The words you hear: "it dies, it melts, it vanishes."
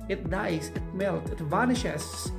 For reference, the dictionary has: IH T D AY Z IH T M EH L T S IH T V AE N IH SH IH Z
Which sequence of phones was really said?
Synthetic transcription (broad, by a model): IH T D AY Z IH T M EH L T IH T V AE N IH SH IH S